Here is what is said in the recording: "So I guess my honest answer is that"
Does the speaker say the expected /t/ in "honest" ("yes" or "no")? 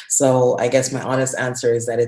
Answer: yes